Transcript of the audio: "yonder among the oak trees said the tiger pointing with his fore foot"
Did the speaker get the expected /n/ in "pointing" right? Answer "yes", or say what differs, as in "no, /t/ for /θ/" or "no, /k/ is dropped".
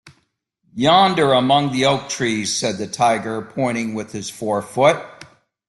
no, /n/ is dropped